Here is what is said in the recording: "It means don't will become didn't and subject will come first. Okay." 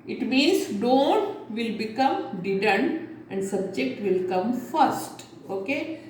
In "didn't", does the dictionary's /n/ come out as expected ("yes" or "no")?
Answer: yes